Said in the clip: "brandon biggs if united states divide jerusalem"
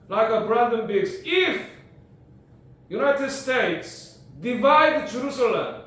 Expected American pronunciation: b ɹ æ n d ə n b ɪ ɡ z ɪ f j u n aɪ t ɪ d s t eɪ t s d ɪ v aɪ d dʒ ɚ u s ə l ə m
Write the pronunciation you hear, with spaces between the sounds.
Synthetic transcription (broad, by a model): b ɹ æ n d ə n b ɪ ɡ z ɪ f j u n aɪ t ɪ d s t eɪ t s d ɪ v aɪ d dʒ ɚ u s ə l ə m